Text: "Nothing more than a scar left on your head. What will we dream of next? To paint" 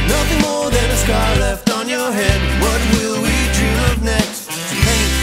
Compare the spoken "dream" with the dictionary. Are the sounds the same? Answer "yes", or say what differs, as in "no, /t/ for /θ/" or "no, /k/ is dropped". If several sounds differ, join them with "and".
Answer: no, /m/ is dropped